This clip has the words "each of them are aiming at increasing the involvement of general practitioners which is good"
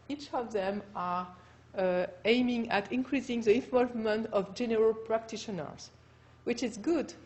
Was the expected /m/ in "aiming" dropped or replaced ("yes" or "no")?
no